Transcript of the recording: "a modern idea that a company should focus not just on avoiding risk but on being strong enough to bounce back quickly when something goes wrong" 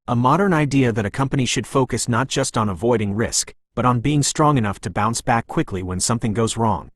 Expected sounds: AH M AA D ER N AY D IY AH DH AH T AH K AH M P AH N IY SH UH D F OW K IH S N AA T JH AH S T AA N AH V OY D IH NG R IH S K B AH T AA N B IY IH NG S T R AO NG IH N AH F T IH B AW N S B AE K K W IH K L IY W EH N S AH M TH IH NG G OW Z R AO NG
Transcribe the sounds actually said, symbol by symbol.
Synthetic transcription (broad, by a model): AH M AA D ER N AY D IY AH DH AH T AH K AH M P AH N IY SH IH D F OW K IH S N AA T JH AH S T N AH V OY D IH NG R IH S K B AH T N B IY IH NG S T R AO NG IH N AH F T IH B AW N S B AE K K W IH K L IY W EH N S AH M TH IH NG G OW Z R AO NG